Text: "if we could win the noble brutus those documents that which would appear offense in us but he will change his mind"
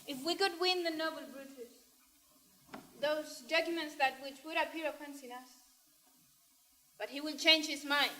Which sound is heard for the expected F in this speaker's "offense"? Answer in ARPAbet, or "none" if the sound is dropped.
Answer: P